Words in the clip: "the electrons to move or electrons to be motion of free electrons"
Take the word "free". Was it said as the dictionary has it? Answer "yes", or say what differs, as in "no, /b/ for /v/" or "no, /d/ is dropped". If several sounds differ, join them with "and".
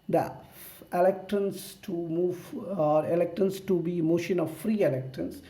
yes